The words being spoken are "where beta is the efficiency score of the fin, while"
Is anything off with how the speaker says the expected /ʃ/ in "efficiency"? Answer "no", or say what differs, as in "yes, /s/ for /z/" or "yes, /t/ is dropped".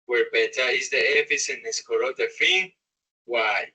yes, /s/ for /ʃ/